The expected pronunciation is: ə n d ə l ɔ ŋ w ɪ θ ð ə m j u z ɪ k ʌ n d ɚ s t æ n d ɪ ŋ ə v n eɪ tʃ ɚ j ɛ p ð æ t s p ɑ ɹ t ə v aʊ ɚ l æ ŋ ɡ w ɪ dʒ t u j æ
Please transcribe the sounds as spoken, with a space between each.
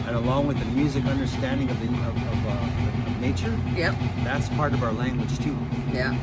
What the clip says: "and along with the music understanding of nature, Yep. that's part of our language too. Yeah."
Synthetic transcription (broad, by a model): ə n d ə l ɔ ŋ w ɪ ð ə m j u z ɪ k ʌ n d ɚ s t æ n d ɪ ŋ ə v n eɪ tʃ ɚ j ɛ ð æ t s p ɑ ɹ t ə v aʊ ɚ l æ ŋ ɡ w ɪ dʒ t u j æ